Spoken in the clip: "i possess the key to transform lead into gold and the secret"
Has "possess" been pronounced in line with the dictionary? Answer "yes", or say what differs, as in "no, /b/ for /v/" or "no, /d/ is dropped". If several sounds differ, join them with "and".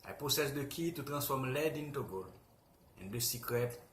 no, /s/ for /z/